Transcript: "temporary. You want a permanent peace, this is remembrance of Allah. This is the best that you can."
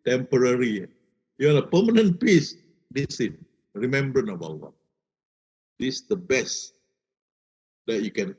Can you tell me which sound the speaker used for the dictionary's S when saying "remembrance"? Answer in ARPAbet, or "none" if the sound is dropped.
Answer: none